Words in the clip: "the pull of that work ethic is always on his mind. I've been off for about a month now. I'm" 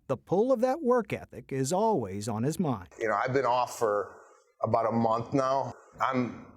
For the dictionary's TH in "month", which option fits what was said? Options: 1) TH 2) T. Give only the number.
1